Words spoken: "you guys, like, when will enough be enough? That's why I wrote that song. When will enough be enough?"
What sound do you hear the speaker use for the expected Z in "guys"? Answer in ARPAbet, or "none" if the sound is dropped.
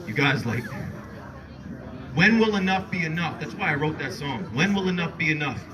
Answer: Z